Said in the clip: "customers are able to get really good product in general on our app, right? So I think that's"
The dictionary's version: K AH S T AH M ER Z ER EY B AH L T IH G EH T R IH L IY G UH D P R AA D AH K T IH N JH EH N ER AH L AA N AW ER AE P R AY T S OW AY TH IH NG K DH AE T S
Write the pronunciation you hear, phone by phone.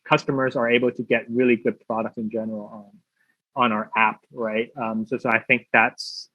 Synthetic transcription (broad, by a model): K AH S T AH M ER Z ER EY B L T IH G EH T R IH L IY G UH D P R AA D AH K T IH N JH EH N ER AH N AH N AW ER AE P R AY T S OW AY TH IH NG K DH AE T S